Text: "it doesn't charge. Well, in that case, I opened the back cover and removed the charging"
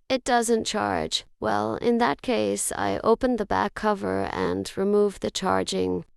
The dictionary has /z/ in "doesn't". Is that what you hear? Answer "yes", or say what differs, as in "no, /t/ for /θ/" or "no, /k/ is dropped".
yes